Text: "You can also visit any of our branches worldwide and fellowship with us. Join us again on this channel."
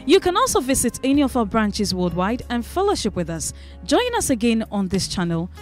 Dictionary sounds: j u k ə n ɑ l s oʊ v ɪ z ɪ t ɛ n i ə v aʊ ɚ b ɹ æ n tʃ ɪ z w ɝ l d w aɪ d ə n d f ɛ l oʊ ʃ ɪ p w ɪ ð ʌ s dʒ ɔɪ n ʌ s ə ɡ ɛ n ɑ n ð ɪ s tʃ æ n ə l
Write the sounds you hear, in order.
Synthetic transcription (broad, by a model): j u k ə n ɑ l s oʊ v ɪ z ɪ t ɛ n i ə v aʊ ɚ b ɹ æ n tʃ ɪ z w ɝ d w aɪ d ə n f ɛ l oʊ ʃ ɪ p w ɪ ð ʌ s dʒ ɔɪ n ʌ s ə ɡ ɛ n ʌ n ð ɪ s tʃ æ n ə l